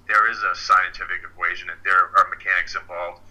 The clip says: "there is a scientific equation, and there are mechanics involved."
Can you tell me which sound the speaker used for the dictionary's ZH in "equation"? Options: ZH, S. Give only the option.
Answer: ZH